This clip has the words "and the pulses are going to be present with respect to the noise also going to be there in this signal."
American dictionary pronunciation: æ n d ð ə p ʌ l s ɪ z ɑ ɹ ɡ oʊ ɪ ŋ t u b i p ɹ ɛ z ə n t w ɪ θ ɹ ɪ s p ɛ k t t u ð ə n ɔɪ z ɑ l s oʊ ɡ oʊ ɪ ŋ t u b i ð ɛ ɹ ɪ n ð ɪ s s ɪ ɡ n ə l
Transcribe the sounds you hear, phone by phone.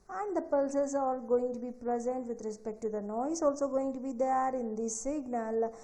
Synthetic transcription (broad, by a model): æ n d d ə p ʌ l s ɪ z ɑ l ɡ oʊ ɪ ŋ t u b i p ɹ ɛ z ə n t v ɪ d ɹ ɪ s p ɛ k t t u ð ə n ɔɪ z ɑ l s oʊ ɡ oʊ ɪ ŋ t u b i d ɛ ɹ ɪ n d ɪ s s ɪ ɡ n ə l